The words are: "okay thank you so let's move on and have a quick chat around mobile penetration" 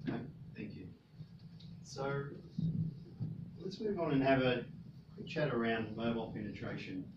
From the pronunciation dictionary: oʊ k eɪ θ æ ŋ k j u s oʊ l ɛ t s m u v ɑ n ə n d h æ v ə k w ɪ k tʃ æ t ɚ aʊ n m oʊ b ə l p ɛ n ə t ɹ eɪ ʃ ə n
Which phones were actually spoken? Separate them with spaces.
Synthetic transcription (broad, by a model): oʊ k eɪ θ æ ŋ k j u s oʊ l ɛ t s m u v n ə n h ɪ v ə k w ɪ k tʃ æ t ɚ aʊ n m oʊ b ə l p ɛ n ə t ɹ eɪ ʃ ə n